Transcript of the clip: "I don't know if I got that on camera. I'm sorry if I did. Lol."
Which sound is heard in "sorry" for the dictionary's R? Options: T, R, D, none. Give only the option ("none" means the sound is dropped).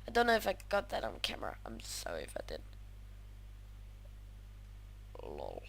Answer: none